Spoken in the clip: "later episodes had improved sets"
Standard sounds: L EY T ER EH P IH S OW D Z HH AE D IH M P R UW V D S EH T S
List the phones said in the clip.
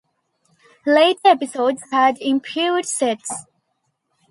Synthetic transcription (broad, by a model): L EY T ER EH P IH S OW D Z HH AE D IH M P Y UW D S EH T S